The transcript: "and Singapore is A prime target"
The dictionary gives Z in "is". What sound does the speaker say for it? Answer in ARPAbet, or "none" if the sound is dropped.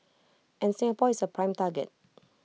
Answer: S